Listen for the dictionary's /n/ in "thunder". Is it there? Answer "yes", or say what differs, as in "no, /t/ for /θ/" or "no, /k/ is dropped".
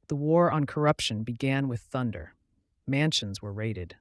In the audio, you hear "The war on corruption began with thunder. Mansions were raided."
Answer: yes